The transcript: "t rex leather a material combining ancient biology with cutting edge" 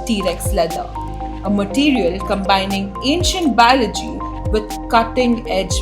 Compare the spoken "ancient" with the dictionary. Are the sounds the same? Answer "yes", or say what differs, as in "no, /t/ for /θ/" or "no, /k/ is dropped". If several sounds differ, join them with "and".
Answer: yes